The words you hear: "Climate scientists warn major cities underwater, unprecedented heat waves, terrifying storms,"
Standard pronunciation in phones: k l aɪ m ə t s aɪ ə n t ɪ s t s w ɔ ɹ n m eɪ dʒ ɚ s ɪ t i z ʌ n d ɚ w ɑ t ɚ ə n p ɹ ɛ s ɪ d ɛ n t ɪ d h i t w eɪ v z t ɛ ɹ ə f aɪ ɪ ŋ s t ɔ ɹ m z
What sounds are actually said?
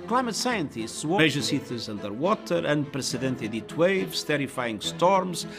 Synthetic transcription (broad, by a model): k l aɪ m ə t s aɪ ə n t ɪ s t s w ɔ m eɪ ʒ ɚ s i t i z ʌ n d ɚ w ɑ t ɚ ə n p ɹ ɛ s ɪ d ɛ n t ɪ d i t w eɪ v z t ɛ ɹ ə f aɪ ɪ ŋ s t ɔ ɹ m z